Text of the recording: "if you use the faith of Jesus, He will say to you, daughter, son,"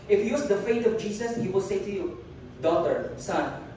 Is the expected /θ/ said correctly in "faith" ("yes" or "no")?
no